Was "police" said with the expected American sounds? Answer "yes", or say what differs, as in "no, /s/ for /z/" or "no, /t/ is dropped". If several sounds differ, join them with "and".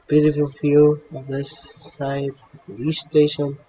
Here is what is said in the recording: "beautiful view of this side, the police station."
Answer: no, /l/ is dropped